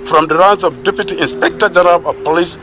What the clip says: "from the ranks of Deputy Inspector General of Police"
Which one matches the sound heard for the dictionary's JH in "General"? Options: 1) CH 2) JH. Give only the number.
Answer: 2